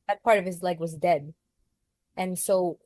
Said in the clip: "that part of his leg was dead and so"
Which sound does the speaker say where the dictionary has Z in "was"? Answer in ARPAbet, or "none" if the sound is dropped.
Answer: Z